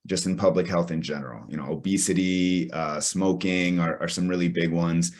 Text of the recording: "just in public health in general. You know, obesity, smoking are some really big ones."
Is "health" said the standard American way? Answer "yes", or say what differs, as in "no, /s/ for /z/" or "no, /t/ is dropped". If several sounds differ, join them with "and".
yes